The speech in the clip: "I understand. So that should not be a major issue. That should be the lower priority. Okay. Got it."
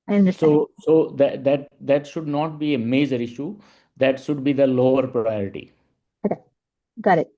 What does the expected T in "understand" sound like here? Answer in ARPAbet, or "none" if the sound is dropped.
S